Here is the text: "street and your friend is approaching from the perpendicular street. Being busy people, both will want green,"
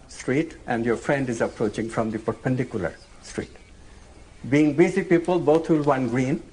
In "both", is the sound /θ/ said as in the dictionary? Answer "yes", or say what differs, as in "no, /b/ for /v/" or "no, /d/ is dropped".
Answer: no, /t/ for /θ/